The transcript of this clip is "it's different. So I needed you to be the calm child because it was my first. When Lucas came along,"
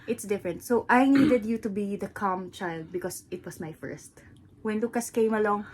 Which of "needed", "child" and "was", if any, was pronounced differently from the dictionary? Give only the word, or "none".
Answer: was